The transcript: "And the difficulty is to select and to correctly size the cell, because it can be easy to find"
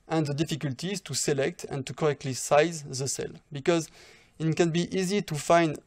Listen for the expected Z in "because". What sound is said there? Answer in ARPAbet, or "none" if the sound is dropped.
Z